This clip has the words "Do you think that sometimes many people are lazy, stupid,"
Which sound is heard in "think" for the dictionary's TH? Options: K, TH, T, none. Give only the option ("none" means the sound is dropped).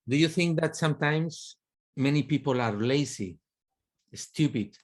TH